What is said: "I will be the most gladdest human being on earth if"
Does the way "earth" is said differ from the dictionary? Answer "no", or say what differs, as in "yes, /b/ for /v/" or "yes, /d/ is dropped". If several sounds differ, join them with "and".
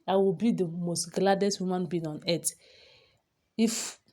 yes, /t/ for /θ/